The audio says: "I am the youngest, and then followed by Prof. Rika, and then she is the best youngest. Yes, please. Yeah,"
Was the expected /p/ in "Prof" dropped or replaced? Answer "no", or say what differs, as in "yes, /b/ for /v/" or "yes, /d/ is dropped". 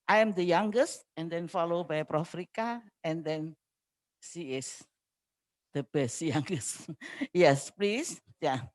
no